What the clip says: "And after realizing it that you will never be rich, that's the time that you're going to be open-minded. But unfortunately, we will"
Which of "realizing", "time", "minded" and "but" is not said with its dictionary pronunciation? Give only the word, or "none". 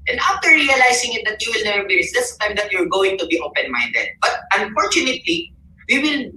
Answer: realizing